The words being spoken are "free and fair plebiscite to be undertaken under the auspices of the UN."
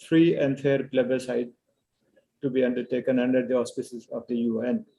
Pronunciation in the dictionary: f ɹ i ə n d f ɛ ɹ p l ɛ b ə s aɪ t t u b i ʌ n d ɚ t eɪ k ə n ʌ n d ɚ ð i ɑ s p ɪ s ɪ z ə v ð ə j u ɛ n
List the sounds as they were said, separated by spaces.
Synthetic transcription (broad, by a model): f ɹ i ə n d f ɛ ɹ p l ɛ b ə s aɪ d t u b i ʌ n d ɚ t eɪ k ə n ʌ n d ɚ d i ɑ s p ɪ s ɪ z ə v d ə j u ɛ n